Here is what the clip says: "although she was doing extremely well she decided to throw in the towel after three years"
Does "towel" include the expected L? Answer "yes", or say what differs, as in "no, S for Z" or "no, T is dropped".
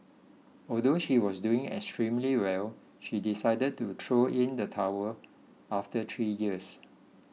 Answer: no, W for L